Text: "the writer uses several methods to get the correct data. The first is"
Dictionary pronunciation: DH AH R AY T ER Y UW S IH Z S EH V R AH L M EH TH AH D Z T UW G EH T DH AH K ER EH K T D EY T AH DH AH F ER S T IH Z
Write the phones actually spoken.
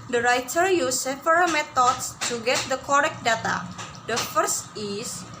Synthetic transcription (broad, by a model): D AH R AY T ER Y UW S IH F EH R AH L M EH T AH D S T UW G EH T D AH K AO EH K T D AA T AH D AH F ER S T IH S